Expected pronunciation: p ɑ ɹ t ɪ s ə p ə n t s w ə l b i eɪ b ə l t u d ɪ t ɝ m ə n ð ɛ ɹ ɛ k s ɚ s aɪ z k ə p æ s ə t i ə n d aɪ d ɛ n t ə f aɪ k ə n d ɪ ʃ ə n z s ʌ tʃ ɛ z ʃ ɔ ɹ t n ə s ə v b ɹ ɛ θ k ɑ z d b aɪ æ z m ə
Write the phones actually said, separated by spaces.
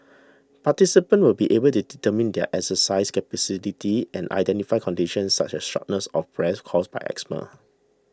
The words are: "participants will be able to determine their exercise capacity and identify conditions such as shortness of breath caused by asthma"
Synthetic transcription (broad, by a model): p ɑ t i s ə p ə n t w ə l b i eɪ b ə l t u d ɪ t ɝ m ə n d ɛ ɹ ɛ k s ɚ s aɪ s k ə p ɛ s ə t i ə n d aɪ d ɛ n t ə f aɪ k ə n d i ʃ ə n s s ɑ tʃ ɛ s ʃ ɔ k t n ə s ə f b ɹ ɛ s k ɑ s b aɪ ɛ s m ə